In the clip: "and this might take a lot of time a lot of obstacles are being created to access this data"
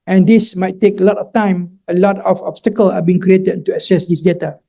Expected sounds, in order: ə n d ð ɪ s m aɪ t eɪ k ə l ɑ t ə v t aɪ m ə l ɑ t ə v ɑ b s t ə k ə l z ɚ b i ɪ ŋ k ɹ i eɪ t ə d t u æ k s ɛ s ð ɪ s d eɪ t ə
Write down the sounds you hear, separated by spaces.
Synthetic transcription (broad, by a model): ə n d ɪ s m aɪ t eɪ k ə l ɑ t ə f t aɪ m ə l ɑ t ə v ɑ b s t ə k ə l ɑ b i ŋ k ɹ i eɪ t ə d t u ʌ s ɛ s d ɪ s d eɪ t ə